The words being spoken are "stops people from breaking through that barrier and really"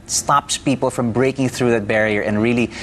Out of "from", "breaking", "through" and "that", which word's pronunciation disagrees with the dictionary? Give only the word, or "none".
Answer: none